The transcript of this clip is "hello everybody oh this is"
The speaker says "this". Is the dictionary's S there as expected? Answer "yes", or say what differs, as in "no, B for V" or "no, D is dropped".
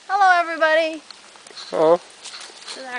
no, S is dropped